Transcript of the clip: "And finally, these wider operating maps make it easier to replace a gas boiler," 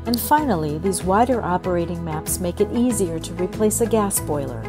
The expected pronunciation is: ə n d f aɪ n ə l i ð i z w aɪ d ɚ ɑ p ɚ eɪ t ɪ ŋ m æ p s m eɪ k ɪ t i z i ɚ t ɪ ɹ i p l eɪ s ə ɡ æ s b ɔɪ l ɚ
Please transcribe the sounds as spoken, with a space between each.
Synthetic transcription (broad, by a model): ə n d f aɪ n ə l i ð i z w aɪ d ɚ ɑ p ɚ eɪ t ɪ ŋ m æ p s m eɪ k ɪ t i z i ɚ t ɪ ɹ i p l eɪ s ə ɡ æ s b ɔɪ l ɚ